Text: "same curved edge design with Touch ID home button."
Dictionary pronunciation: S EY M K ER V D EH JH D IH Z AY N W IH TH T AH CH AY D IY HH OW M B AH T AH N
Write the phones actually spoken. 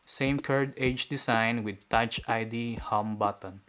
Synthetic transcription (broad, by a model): S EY M K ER D EH JH D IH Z AY N W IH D T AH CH AY D IY HH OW M B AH T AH N